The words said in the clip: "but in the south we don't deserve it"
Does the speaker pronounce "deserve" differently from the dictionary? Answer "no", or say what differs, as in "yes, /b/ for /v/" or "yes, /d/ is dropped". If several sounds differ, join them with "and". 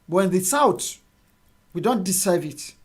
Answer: yes, /s/ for /z/